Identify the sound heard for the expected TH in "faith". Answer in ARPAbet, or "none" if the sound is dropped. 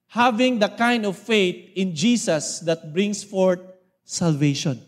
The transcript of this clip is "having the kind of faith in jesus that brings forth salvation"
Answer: T